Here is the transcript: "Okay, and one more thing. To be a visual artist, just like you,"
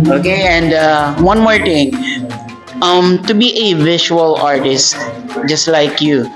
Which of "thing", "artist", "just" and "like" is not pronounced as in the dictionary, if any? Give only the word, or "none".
thing